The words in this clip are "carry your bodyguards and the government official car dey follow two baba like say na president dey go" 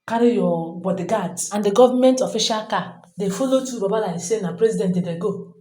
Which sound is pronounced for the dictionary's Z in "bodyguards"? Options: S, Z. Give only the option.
S